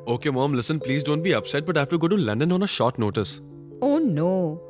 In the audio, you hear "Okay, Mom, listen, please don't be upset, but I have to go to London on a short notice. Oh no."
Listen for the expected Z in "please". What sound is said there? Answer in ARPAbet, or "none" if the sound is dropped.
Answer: Z